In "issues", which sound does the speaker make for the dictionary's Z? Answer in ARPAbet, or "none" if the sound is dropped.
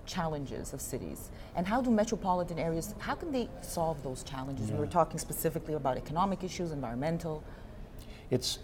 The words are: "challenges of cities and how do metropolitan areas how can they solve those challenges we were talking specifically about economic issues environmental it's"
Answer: Z